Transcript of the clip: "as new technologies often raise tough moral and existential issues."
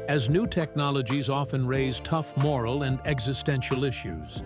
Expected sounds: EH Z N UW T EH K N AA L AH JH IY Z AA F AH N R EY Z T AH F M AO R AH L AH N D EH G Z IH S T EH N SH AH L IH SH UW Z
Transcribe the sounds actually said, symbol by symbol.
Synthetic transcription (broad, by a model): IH Z N UW T EH K N AA L AH JH IY Z AA F AH N R EY Z T AH F M AO R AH L AH N D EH G Z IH S T EH N SH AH L IH SH UW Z